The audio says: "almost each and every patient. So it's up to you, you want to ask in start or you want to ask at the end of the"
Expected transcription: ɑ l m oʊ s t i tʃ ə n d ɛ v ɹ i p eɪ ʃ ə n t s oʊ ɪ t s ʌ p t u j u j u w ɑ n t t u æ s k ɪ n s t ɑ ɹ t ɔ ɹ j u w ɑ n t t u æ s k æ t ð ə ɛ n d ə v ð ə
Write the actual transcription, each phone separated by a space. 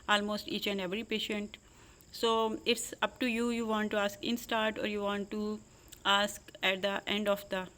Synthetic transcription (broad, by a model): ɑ l m oʊ s t i tʃ ə n d ɛ v ɹ i p eɪ ʃ ə n t s oʊ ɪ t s ʌ p t u j u j u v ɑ n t t u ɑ s k ɪ n s t ɑ ɹ t ɔ ɹ j u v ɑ n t t u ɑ s k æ t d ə ɛ n d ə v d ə